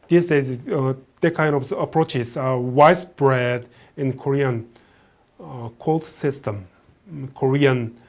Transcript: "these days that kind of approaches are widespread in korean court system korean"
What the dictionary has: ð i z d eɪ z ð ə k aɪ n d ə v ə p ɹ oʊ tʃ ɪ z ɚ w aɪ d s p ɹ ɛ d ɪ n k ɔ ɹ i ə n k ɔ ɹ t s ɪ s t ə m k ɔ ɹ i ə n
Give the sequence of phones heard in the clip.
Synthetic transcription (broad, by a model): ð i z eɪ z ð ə k aɪ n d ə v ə p ɹ oʊ tʃ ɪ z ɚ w aɪ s b ɹ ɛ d ɪ n k ɔ ɹ i ə n k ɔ l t s ɪ s t ə m k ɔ ɹ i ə n